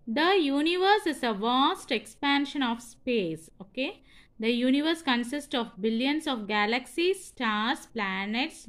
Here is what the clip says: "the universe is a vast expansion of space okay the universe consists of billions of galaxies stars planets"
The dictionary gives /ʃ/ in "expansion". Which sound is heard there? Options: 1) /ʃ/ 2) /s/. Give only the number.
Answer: 1